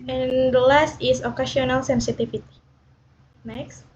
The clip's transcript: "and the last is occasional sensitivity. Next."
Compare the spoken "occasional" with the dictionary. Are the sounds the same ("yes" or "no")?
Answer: no